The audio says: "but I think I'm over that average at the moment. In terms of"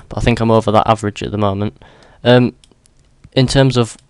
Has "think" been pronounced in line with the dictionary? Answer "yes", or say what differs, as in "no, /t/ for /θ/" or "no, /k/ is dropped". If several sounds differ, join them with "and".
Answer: yes